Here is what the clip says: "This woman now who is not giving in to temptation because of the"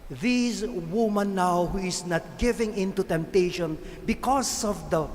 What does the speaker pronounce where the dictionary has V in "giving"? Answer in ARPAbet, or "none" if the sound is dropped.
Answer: V